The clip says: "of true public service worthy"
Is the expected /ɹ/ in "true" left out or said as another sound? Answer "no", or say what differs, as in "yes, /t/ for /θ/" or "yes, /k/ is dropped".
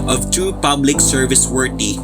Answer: yes, /ɹ/ is dropped